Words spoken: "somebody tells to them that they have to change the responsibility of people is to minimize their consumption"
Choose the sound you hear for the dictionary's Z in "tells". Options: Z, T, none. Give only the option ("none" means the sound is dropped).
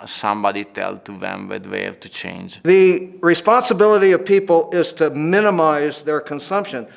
none